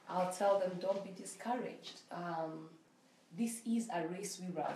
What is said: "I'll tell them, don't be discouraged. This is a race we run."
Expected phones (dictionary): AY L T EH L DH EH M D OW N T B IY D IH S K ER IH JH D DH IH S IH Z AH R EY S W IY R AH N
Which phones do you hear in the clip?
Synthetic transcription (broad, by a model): AY L T EH L DH EH M D OW N T B IY D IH S K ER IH JH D DH IH S IH Z AH R EY S W IY R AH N